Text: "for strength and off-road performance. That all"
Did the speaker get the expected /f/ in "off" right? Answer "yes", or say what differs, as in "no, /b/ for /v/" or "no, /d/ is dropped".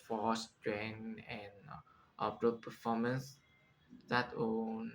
no, /p/ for /f/